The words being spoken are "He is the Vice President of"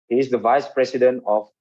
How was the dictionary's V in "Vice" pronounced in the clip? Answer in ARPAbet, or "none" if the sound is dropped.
V